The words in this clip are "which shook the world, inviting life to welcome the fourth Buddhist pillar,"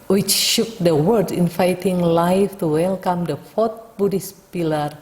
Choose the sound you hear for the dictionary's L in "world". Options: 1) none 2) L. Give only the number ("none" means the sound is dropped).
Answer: 1